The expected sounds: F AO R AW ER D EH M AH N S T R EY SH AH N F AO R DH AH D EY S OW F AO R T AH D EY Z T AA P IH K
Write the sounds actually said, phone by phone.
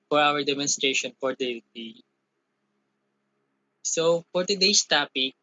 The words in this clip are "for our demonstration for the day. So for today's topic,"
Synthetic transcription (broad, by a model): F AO R AW ER D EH M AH N S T R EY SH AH N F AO R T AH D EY S OW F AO R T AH D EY S T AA P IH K